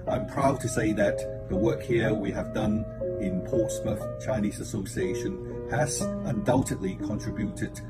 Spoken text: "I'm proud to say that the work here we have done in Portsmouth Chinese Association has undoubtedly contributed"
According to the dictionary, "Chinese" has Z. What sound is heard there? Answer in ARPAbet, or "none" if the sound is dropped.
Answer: Z